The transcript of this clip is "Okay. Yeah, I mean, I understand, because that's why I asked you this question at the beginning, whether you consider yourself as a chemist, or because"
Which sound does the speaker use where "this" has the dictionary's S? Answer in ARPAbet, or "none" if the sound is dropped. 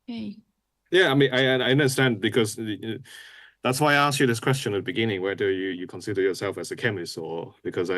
S